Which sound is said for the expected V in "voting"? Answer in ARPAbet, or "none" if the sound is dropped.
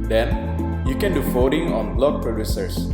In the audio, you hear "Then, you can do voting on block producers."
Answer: F